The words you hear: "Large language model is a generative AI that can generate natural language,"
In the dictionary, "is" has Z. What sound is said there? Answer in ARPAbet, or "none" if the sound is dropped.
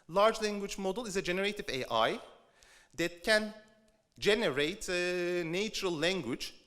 Z